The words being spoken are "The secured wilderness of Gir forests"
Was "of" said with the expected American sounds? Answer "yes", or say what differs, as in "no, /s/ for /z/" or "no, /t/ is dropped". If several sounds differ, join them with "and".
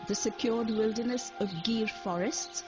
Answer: yes